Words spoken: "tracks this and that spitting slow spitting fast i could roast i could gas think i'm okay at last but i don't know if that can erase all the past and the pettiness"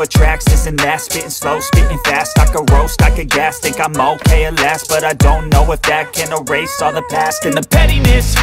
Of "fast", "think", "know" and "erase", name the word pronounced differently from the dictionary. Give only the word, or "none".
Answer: think